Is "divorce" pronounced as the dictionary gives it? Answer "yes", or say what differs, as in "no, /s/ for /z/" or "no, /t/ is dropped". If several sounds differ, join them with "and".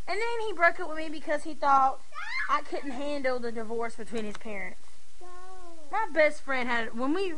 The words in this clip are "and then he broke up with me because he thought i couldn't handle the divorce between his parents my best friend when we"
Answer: yes